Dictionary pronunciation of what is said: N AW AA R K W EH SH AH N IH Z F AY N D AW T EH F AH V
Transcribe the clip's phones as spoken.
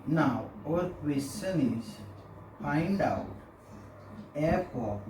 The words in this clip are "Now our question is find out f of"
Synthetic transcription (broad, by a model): N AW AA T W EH S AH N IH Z P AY N D AW T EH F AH